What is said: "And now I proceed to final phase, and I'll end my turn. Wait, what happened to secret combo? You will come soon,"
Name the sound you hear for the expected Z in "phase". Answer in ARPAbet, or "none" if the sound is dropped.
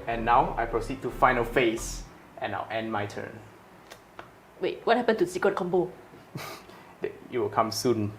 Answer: S